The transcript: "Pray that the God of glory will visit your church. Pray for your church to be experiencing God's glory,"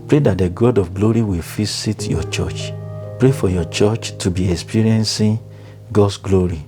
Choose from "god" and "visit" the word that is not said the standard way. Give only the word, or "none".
visit